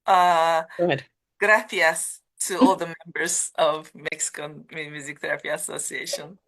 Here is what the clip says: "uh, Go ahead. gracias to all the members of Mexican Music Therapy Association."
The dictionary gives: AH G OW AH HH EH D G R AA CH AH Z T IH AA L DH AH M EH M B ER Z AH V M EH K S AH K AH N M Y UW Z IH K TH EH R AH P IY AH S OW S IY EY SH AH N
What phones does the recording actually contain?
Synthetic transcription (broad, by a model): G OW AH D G R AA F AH S T IH AA L DH AH M EH M B ER Z AH V M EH K S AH K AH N M Y UW Z IH K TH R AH F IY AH S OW S IY EY SH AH N